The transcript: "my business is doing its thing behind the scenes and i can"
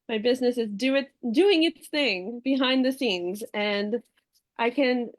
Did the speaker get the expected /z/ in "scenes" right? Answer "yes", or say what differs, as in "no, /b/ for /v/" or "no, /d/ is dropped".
yes